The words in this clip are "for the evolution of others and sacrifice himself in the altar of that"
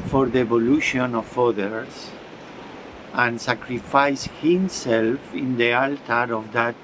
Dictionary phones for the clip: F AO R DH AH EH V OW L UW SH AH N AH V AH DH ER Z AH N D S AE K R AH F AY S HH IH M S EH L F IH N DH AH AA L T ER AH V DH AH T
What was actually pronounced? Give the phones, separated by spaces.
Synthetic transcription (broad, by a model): F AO R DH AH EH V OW L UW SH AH N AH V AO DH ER S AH N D S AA K R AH F AY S HH IH M S EH L F IH N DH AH AA L T ER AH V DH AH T